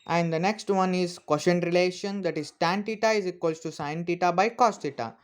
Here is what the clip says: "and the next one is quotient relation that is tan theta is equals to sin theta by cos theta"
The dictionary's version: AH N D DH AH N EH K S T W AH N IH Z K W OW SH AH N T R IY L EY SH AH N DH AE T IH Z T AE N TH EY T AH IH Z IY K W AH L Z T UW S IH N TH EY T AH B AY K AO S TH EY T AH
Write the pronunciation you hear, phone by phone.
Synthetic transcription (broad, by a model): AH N D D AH N EH K S T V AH N IH Z K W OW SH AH N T R IY L EY SH AH N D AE T IH Z T AE N T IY T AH IH Z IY K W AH L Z T UW S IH N T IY T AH B AY K AO S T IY T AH